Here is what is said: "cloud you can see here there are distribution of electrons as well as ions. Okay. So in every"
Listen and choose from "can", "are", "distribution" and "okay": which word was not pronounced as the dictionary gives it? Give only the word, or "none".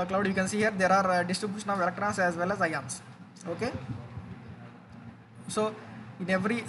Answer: none